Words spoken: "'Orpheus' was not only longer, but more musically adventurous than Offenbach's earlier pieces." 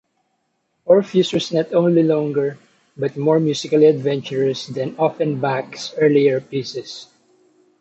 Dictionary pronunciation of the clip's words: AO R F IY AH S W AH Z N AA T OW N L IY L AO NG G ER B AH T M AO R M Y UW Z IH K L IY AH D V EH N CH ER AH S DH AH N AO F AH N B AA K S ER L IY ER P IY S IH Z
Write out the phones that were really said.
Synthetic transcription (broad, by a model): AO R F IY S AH S N AA T OW N L IY L AO NG G ER B AH T M AO R M Y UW S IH K L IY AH D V EH N CH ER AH S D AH N AO F AH N B AA K S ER L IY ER P IY S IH S